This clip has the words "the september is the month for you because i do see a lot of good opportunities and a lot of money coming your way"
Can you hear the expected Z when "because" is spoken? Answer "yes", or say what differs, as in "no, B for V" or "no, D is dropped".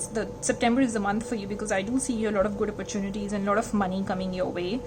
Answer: yes